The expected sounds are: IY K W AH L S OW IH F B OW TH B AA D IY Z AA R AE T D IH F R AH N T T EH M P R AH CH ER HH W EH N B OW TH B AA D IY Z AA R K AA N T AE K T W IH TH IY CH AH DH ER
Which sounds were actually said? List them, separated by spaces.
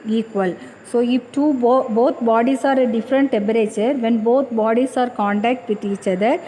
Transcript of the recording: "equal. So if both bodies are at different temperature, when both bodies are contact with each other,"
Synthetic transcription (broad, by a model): IY K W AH L S OW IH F B OW T B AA D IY S AA R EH D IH F R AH N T T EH M B R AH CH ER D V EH N B OW T B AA D IY S AA R K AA N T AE K T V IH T IY CH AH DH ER